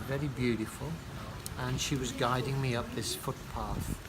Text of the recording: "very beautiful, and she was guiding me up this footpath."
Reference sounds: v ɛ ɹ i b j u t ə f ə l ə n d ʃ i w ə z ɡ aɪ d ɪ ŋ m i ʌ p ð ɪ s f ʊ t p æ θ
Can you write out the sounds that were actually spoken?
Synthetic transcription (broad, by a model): v ɛ ɹ i b j u t ə f ə l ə n ʃ i w ə z ɡ aɪ d ɪ ŋ m i ʌ p ð ɪ s f ʊ t p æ θ